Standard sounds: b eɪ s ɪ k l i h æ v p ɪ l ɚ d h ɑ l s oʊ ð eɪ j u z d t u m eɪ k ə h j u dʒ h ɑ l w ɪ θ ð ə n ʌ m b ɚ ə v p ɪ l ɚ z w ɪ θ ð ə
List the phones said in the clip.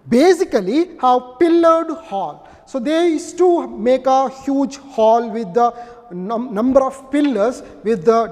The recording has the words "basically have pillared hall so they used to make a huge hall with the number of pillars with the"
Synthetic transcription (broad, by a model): b eɪ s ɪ k l i h æ v p ɪ l ɚ d h ɑ l s oʊ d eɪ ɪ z t u m eɪ k ə h j u dʒ h ɑ l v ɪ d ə n ʌ m b ɚ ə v p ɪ l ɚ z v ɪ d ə